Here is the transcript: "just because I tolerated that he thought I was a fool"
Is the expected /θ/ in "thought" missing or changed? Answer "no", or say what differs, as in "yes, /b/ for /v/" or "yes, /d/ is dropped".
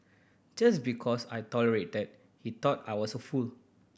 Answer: yes, /t/ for /θ/